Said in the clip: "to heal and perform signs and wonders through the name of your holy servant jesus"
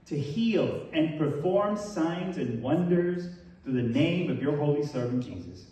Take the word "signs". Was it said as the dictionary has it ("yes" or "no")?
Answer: yes